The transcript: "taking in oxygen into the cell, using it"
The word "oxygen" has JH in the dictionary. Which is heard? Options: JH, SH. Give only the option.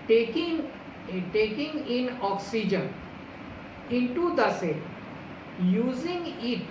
JH